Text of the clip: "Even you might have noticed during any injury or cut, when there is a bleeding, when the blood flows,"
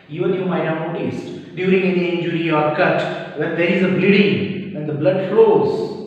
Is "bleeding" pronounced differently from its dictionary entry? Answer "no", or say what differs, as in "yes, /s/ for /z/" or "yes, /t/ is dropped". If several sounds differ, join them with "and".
no